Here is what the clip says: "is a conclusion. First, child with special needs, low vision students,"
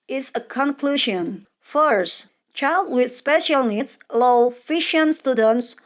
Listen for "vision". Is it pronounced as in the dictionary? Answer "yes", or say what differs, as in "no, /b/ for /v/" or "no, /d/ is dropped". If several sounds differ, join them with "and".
no, /f/ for /v/ and /ʃ/ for /ʒ/